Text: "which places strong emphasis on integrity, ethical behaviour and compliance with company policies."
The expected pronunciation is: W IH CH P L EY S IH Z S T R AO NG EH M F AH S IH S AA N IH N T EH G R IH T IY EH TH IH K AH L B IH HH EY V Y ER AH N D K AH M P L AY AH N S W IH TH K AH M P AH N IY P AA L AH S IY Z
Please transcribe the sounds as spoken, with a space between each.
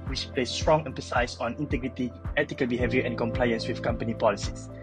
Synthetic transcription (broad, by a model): W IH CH P L EY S S T R AO NG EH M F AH S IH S AA N IH N T EH G R IH T IY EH T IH K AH L B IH HH EY V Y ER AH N K AH M P L AY AH N S W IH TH K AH M P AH N IY P AA L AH S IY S